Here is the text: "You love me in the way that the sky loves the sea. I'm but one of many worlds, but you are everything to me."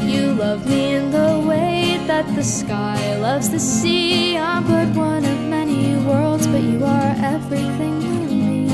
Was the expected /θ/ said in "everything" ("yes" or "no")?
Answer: yes